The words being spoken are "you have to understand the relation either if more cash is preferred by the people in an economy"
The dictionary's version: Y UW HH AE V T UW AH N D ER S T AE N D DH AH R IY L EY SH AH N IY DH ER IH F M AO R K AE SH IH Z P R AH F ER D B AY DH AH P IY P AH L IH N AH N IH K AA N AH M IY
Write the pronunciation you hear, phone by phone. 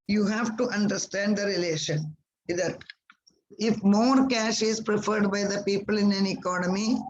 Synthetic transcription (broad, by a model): Y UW HH AE V T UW AH N D ER S T AE N D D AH R IY L EY SH AH N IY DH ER IH F M AO R K AE SH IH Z P R AH F ER D B AY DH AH P IY P AH L IH N AH N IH K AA N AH M IY